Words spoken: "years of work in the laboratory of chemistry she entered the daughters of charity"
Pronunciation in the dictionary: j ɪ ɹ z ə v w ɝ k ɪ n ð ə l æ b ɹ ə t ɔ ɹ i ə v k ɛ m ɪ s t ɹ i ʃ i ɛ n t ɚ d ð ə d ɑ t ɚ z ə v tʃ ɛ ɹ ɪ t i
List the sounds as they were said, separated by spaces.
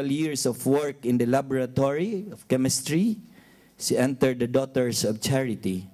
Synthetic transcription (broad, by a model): j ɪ ɹ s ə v w ɝ k ɪ n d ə l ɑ b ɹ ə t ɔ ɹ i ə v k ɛ m ɪ s t ɹ i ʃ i ɛ n t ɚ d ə d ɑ t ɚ s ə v tʃ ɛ ɹ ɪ t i